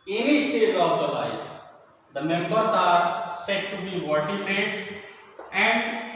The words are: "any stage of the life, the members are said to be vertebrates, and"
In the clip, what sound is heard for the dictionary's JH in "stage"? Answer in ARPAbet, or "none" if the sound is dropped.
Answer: Z